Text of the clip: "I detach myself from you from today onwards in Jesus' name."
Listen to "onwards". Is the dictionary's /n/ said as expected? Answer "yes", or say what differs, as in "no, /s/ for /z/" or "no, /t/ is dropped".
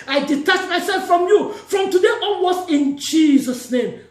no, /n/ is dropped